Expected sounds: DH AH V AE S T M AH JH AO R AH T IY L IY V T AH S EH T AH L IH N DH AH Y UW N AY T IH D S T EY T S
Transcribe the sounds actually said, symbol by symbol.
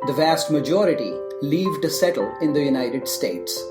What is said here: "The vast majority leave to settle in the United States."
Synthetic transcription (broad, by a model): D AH V AE S T M AH JH AO R AH T IY L IY V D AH S EH T AH L IH N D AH Y UW N AY T IH D S T EY T S